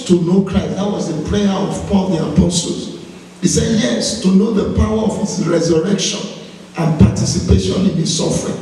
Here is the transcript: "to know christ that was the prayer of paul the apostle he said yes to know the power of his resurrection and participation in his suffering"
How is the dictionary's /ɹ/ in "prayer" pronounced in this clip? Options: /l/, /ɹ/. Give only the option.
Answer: /l/